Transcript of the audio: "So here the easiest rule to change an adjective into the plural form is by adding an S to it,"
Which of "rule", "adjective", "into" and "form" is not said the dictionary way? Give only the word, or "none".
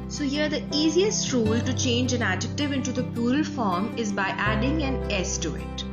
none